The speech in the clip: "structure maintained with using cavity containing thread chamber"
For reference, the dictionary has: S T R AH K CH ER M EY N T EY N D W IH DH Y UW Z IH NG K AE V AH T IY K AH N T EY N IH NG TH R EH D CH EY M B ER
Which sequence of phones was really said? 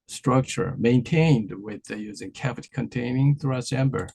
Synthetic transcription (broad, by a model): S T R AH K CH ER M EY N T EY N D W IH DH Y UW Z IH NG K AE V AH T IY K AH N T EY N IH NG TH R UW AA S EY M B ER